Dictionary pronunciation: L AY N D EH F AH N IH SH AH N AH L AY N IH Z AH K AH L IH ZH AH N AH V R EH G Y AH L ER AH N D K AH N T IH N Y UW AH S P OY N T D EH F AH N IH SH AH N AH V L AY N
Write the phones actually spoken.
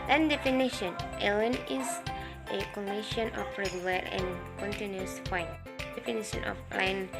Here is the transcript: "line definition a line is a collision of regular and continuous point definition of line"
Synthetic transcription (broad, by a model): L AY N D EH F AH N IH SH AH N AH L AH N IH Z AH K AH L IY SH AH N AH F R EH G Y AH L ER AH N K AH N T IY N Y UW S F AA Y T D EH F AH N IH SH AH N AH F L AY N